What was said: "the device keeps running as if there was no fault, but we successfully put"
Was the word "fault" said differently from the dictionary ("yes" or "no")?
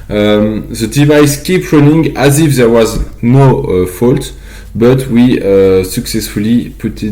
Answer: no